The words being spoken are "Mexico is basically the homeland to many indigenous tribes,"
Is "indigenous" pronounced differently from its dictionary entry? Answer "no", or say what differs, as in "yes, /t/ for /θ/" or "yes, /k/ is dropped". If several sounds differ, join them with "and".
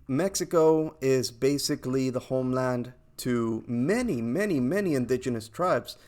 no